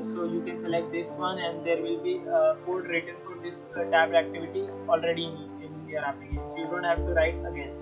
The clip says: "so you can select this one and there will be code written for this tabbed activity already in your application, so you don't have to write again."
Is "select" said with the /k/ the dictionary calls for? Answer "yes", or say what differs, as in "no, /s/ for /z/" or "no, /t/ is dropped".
no, /k/ is dropped